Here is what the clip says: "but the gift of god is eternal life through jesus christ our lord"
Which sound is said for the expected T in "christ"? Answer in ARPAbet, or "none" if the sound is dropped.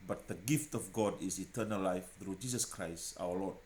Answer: T